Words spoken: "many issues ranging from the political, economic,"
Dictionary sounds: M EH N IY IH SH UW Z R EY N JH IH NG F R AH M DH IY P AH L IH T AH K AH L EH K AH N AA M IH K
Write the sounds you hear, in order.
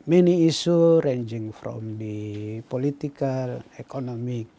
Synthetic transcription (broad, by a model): M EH N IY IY S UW R EY N JH IH NG F R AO M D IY P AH L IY T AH K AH L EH K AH N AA M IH K